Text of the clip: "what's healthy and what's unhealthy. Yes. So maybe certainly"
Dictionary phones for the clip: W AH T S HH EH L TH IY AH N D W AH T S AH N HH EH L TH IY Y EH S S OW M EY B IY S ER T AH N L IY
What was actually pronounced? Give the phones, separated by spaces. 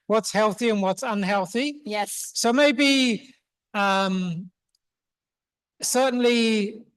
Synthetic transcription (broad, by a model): W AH T S HH EH L TH IY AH N W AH T S AH N HH EH L TH IY Y EH S S OW M EY B IY S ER T N L IY